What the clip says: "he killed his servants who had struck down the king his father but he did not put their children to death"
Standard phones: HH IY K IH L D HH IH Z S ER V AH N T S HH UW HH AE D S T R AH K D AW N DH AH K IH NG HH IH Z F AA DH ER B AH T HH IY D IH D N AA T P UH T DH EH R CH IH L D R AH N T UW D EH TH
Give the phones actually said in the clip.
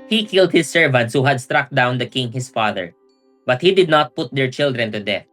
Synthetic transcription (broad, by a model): HH IY K IH L D HH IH S ER V AH N T S HH UW HH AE D S T R AH K D AW N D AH K IH NG HH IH S F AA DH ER B AH T HH IY D IH D N AA T P UH T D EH R CH IH L D R AH N T UW D EH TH